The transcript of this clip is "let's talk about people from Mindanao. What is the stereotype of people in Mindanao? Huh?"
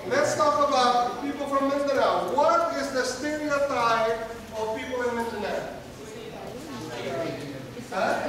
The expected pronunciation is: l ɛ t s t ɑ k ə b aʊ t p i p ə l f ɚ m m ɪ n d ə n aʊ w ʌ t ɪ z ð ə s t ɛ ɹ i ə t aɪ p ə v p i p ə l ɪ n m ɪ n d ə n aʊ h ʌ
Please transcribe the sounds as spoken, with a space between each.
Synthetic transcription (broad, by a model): l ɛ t s t ɑ k ə b aʊ t p i p ə l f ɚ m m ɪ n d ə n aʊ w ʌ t ɪ z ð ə s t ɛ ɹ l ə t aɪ ə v p i p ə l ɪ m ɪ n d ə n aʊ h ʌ